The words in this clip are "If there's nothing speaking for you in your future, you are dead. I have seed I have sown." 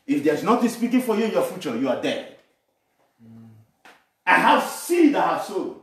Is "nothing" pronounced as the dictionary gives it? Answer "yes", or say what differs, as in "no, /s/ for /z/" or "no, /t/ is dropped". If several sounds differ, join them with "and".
no, /t/ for /θ/